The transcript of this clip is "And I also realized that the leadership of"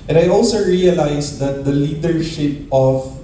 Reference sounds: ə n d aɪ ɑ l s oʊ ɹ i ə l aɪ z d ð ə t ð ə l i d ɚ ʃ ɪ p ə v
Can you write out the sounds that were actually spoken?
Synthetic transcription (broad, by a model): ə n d aɪ ɑ l s oʊ ɹ i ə l aɪ s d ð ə t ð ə l i d ɚ ʃ ɪ p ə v